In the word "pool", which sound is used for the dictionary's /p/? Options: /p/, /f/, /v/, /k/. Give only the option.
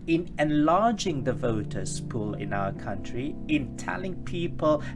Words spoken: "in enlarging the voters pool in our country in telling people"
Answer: /p/